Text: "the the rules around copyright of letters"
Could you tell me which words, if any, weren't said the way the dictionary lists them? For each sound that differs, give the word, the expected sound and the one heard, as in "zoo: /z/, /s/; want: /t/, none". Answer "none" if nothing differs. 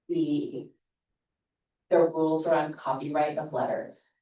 none